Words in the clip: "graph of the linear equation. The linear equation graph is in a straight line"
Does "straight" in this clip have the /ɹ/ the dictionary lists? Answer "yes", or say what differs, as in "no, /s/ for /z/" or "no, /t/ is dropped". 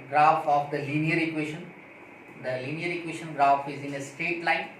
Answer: no, /ɹ/ is dropped